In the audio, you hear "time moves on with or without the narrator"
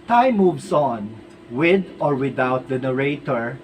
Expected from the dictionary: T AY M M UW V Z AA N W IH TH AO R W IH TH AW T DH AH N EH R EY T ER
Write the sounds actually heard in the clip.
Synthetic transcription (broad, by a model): T AY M M UW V S AA N W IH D AO R W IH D AW T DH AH N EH R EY T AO